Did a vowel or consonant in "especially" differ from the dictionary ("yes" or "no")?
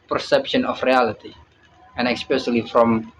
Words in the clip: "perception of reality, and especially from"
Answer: yes